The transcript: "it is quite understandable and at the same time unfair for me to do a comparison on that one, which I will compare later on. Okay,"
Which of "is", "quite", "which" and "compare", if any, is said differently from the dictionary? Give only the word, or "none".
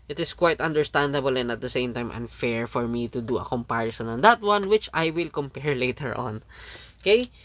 is